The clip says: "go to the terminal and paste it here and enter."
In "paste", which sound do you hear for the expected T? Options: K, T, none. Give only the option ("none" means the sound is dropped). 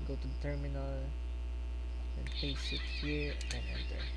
none